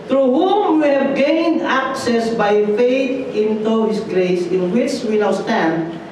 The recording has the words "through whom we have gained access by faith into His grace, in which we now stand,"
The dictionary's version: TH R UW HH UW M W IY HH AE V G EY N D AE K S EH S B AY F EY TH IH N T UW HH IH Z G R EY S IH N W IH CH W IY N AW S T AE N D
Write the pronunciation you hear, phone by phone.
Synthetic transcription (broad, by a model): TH R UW HH UW M W IY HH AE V G EY N D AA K S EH S B AY F EY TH IH N T UW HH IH S G R EY S IH N W IH CH W IY N AW S T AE N D